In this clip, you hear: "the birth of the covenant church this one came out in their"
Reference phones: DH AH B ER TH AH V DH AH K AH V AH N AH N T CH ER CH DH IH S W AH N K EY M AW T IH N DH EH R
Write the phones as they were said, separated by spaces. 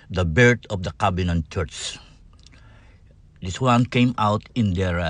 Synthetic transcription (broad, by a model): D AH B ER T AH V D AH K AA B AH N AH N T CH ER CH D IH S W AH N K EY M AW T IH N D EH R